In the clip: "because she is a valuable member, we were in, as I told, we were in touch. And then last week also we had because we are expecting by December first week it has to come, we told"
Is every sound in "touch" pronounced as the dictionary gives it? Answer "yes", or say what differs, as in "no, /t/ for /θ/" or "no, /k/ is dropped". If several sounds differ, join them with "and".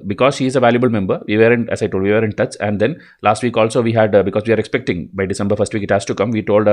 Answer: no, /s/ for /tʃ/